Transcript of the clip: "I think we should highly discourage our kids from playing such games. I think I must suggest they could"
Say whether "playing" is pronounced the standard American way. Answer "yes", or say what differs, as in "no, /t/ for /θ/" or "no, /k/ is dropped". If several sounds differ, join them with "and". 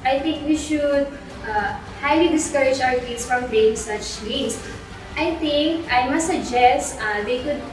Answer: no, /l/ is dropped